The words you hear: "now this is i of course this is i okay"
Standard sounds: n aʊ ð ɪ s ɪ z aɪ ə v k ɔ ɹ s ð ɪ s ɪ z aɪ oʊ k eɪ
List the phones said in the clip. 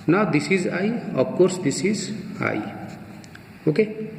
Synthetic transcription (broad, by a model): n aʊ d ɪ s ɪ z aɪ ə p k ɔ ɹ s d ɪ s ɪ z aɪ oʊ k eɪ